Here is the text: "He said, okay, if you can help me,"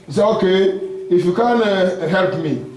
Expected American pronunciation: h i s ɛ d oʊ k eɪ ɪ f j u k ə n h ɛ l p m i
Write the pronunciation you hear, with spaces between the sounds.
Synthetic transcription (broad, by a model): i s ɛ oʊ k eɪ ɪ f j u k ə n h ɛ l p m i